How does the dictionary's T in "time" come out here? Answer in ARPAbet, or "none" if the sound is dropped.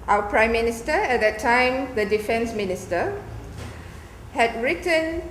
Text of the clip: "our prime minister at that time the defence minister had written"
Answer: T